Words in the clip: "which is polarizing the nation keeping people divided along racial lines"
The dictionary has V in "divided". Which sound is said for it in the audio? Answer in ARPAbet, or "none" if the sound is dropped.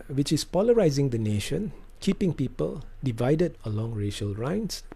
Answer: V